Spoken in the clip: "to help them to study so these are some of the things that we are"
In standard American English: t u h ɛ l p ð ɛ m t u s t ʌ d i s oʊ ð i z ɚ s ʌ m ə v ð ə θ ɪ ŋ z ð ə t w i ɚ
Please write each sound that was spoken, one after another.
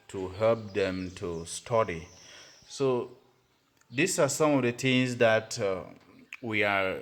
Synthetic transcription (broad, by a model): t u h ɛ l p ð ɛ m t u s t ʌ d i s oʊ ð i s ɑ s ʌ m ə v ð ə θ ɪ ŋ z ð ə t w i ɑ